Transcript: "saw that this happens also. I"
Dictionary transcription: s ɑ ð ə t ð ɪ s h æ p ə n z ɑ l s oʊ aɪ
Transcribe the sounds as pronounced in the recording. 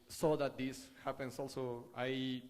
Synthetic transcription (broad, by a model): s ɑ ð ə t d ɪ s h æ p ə n s ɑ l s oʊ aɪ